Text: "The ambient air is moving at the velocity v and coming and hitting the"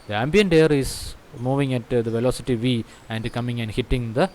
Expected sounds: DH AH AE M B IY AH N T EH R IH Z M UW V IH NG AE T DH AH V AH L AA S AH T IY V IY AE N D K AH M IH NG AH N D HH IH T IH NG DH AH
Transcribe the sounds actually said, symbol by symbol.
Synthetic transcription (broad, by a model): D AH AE M B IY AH N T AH R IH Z M UW V IH NG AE T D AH V AH L AA S AH T IY V IY AE N D K AH M IH NG AH N D HH IH T IH NG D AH